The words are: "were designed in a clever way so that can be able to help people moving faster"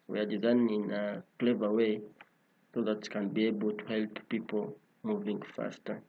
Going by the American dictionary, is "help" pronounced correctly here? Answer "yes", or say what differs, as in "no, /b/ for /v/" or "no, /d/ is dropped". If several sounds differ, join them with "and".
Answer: yes